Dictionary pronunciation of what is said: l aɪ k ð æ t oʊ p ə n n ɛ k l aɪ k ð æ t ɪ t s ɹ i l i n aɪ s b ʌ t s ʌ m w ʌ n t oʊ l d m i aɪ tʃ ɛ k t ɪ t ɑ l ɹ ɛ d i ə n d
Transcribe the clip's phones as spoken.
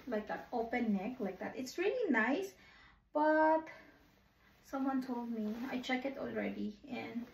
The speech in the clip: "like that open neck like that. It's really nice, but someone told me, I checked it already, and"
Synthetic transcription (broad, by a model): l aɪ k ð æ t oʊ p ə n n ɛ k l aɪ k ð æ t ɪ t s ɹ i l i n aɪ s b ʌ t s ʌ m w ʌ n t oʊ l d m i aɪ tʃ ɛ k ɪ t ɑ l ɹ ɛ d i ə n